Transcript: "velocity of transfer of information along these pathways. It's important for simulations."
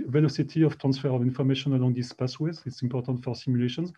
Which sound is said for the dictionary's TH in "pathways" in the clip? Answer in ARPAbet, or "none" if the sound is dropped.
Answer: S